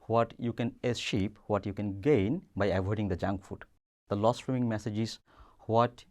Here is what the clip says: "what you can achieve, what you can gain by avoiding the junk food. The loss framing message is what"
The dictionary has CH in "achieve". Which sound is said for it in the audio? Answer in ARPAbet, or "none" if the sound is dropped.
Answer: SH